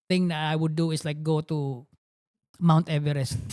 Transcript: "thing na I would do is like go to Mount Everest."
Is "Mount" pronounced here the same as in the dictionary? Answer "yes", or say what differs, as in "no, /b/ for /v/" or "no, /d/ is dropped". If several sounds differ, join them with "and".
yes